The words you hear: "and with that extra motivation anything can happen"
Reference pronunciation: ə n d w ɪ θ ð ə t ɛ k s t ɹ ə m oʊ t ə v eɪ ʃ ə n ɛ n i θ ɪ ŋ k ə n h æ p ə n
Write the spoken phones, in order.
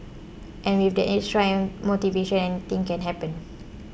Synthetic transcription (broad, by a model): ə n w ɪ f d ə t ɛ s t ɹ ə m oʊ t ə v eɪ ʃ ə n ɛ n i t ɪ ŋ k ə n h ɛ p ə n